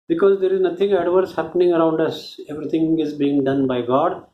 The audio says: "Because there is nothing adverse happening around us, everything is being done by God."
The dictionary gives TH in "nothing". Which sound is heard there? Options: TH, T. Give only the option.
T